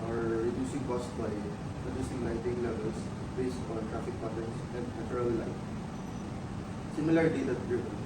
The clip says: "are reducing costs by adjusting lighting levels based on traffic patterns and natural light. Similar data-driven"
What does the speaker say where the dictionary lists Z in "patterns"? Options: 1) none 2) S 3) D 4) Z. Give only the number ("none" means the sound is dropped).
2